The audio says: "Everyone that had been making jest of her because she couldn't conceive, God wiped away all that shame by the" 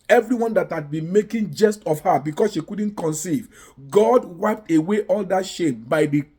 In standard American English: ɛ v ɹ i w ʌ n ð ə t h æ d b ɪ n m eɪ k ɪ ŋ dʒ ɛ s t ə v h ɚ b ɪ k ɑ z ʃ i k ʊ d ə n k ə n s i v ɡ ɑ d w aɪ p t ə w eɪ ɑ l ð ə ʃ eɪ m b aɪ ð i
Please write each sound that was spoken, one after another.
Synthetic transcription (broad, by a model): ɛ v ɹ i w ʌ n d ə t h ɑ d b ɪ n m eɪ k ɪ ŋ dʒ ɛ s t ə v h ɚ b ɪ k ɑ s ʃ i k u d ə n k ə n s i v ɡ ɑ d w aɪ p t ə w eɪ ɑ l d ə ʃ eɪ m b aɪ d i